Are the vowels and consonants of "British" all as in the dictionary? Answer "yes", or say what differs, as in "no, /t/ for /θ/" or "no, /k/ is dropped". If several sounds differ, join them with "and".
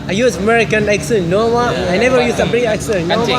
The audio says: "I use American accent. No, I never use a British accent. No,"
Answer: no, /ʃ/ is dropped